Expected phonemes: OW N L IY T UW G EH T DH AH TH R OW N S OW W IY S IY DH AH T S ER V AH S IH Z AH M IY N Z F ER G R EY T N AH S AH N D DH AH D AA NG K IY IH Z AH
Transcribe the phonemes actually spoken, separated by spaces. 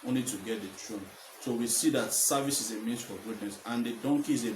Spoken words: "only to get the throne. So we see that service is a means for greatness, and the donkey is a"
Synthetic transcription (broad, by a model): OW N L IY T UW G EH T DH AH T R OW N S OW W IY S IY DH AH T S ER V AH S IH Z AH M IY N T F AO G UW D N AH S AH N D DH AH D AA NG K IY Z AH